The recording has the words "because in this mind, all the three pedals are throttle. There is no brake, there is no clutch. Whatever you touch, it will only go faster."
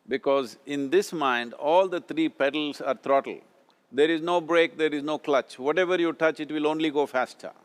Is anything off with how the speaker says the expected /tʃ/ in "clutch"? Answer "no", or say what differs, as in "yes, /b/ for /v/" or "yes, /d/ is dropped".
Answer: no